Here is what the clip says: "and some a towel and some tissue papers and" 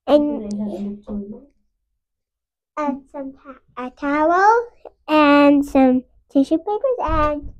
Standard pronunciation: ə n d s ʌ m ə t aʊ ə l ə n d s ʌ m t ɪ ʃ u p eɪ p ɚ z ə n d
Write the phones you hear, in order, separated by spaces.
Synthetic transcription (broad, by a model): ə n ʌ s ʌ m ə t aʊ ə l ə n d s ʌ m t ɪ ʃ u p eɪ p ɚ z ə n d